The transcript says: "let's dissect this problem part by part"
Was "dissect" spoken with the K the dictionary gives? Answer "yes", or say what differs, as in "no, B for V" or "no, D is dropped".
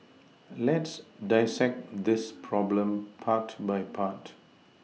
yes